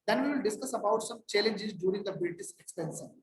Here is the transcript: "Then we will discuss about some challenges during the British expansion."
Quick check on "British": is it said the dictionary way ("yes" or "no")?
no